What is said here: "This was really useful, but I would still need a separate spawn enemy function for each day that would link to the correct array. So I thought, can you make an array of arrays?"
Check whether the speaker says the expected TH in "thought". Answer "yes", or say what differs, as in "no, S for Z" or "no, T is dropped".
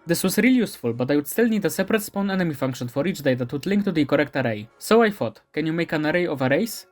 no, F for TH